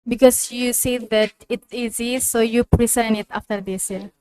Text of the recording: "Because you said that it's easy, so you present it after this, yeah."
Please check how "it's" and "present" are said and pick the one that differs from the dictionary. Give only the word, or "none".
present